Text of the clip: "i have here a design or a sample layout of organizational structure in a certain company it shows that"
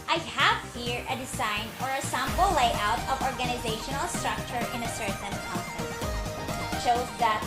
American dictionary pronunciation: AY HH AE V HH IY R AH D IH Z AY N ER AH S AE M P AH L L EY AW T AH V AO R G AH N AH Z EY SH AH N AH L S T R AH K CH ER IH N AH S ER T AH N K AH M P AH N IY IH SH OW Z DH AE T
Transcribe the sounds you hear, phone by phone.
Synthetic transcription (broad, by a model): AY HH AE V HH IY R AH D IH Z AY N ER AH S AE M B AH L L EY AW T AH V AO R G AH N AH Z EY SH AH N AH L S T R AH K CH ER IH N AH S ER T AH N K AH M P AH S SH OW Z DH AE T